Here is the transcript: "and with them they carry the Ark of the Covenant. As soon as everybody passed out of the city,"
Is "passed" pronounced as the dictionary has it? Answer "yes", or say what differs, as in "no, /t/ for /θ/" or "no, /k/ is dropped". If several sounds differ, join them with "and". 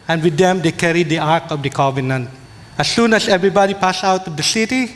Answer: no, /t/ is dropped